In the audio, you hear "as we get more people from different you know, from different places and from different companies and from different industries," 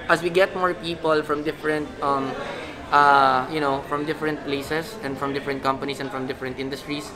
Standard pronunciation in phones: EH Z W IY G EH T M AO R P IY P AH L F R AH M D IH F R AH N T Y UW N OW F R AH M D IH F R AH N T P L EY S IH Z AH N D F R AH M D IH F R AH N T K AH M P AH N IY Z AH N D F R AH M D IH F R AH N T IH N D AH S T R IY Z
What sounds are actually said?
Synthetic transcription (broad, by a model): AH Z W IY G EH T M AO R P IY P AH L F R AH M D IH F R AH N T Y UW N OW F R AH M D IH F R AH N T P L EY S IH S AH N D F R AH M D IH F R AH N T K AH M P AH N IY S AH N F R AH M D IH F R AH N T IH N D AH S T R IY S